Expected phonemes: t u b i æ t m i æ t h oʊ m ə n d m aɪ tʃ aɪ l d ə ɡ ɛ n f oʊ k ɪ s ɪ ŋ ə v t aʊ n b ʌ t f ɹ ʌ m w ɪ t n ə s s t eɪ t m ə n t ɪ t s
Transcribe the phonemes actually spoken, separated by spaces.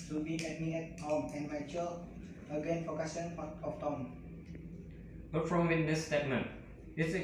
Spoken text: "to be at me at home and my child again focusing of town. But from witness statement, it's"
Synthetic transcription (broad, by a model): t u b i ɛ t m i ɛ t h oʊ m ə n m aɪ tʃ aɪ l ə ɡ ɛ n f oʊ k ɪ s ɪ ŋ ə f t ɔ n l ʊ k f ɹ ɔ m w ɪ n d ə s s t eɪ t m ə n t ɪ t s